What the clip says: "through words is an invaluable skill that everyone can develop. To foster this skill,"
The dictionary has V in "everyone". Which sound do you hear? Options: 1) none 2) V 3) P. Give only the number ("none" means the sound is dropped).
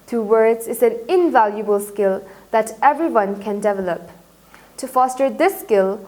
2